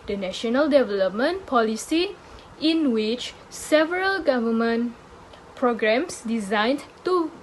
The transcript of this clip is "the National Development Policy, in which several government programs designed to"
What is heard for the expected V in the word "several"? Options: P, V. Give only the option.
V